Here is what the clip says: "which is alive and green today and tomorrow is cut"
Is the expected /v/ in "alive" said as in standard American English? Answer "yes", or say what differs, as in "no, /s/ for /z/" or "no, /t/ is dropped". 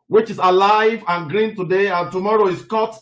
yes